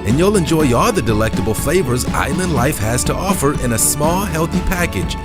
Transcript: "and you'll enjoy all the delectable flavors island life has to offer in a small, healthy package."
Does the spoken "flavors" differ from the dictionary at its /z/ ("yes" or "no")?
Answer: no